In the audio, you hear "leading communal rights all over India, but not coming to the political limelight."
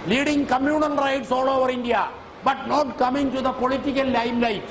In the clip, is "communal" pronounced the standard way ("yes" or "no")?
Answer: no